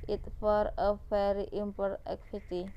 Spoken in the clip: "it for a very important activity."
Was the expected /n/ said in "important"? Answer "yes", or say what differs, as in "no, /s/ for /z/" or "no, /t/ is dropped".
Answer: no, /n/ is dropped